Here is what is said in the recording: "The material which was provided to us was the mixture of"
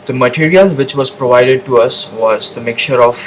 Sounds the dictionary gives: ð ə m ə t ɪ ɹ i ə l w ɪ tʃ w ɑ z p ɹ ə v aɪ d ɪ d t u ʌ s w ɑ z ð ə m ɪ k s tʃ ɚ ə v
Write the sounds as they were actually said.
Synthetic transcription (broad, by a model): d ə m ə t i ɹ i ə l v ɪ tʃ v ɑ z p ɹ ə v aɪ d ɪ d t u ʌ s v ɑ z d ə m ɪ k tʃ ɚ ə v